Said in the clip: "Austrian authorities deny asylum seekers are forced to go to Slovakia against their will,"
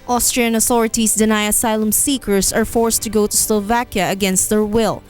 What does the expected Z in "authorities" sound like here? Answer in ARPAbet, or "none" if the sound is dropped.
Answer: S